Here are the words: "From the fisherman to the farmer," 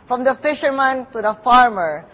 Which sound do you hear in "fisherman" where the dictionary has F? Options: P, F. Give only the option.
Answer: F